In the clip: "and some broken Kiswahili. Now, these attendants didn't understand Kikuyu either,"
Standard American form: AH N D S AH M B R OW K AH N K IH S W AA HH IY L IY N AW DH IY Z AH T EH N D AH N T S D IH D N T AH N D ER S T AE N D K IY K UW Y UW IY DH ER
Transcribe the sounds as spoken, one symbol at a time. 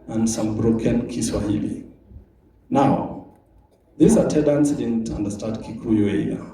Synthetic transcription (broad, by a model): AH N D S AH M B R OW K AH N K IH S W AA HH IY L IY N AW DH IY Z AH T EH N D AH N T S D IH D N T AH N D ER S T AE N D K IY K UW Y UW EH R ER